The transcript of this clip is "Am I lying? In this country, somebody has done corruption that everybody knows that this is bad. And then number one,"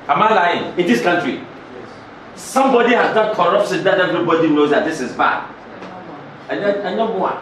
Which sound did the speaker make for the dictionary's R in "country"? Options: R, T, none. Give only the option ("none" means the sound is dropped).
R